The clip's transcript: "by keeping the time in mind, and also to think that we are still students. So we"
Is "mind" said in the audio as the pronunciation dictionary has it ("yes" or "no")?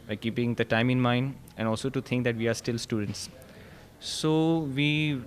yes